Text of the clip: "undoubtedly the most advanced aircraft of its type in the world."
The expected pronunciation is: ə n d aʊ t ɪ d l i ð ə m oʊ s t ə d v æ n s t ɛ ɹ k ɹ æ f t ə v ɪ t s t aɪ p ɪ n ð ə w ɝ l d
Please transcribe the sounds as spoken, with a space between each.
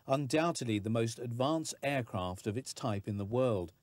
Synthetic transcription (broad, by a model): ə n d aʊ t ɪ d l i ð ə m oʊ s t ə d v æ n s ɛ ɹ k ɹ æ f t ə v ɪ t s t aɪ p ɪ n ð ə w ɝ l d